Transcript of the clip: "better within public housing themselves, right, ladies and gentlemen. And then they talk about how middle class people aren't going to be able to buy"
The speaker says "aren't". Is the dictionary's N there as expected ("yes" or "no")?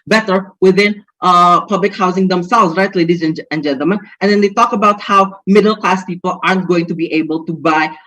yes